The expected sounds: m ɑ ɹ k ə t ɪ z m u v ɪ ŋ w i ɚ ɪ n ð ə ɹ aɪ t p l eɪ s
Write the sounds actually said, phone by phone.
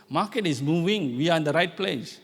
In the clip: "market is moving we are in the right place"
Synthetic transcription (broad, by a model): m ɑ k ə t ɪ s m u v ɪ ŋ w i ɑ ɪ n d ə ɹ aɪ t p l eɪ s